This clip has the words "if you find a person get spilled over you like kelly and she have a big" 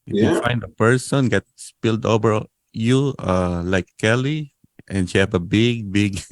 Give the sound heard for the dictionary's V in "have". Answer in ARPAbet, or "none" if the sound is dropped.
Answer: B